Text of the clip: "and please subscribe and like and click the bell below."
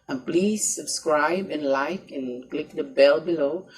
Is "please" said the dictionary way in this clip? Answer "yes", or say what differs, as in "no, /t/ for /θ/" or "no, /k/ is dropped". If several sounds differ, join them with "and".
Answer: yes